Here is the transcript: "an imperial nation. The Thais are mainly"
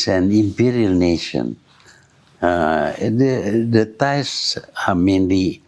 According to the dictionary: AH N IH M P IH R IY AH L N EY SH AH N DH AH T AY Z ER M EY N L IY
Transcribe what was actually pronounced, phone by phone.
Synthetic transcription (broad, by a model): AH N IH M P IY R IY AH L N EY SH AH N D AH T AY S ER M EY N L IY